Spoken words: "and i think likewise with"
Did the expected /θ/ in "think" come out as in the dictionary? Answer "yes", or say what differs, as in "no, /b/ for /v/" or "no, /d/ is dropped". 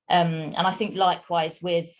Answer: yes